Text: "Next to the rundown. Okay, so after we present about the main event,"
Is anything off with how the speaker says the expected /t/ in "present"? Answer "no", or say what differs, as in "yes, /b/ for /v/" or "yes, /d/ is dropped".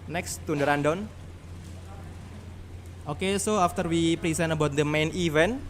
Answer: yes, /t/ is dropped